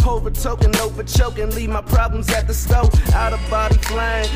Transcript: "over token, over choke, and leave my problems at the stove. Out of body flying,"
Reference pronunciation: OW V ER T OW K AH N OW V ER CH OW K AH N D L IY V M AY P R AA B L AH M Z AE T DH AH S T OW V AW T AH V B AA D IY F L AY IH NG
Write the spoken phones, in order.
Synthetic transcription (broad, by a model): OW V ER T OW K AH N OW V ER CH OW K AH N L IY V M AY P R AA B L AH M Z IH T DH AH S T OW AW T AH V B AA D IY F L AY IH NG